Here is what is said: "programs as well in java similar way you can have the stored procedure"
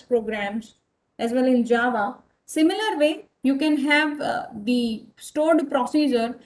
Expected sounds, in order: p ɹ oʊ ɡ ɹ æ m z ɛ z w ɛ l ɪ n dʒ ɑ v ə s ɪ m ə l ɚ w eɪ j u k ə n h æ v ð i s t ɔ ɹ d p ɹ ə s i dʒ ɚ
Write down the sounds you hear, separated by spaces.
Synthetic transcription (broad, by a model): p ɹ oʊ ɡ ɹ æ m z ɛ z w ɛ l ɪ n dʒ ɑ v ə s ɪ m ə l ɚ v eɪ j u k ə n h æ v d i s t ɔ ɹ d p ɹ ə s i dʒ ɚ